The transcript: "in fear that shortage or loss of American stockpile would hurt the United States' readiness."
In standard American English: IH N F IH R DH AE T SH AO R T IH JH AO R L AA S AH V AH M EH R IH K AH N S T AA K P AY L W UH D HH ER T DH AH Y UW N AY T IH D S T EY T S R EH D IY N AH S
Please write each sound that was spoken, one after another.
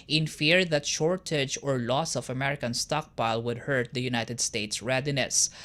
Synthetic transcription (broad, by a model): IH N F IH R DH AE T SH AO R T IH JH AO R L AA S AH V AH M EH R IH K AH N S T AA K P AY L W UH D HH ER T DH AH Y UW N AY T IH D S T EY T S R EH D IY N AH S